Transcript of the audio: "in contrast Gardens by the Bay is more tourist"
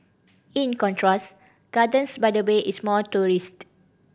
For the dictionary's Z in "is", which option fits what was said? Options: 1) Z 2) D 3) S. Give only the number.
3